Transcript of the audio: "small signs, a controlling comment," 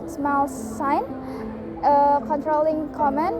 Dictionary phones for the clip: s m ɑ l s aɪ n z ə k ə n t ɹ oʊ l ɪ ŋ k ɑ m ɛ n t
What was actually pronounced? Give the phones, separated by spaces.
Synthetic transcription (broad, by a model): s m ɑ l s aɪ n ə k ə n t ɹ oʊ l ɪ ŋ k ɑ m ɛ n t